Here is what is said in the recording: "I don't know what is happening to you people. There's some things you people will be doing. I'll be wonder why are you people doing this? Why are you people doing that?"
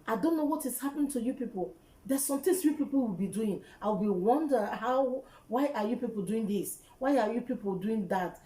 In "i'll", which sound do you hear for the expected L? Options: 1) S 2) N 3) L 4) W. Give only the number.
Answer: 4